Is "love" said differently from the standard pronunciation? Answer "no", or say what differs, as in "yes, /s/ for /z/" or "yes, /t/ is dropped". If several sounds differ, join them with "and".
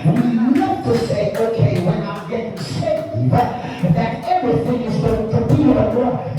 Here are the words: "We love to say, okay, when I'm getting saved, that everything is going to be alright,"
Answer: yes, /n/ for /l/ and /f/ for /v/